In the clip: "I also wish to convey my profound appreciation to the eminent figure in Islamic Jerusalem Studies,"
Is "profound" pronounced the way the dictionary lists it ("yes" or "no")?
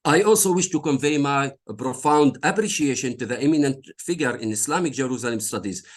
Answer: yes